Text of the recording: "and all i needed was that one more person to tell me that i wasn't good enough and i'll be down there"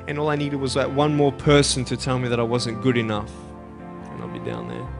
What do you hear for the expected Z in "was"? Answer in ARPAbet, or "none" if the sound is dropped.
Z